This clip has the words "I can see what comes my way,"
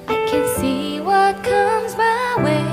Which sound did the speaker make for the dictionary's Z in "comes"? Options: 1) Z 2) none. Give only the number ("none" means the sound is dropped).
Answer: 1